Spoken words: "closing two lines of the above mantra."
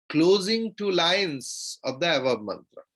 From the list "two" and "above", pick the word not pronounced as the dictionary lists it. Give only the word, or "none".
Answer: above